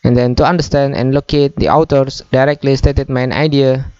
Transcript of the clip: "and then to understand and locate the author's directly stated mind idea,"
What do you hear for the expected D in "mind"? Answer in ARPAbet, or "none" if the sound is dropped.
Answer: none